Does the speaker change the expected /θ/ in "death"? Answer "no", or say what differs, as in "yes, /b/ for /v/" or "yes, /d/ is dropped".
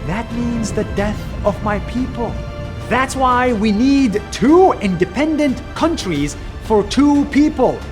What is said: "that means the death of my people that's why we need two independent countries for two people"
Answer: no